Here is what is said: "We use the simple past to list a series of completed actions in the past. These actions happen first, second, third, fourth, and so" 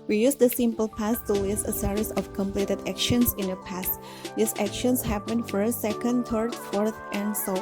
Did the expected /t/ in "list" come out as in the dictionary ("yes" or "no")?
no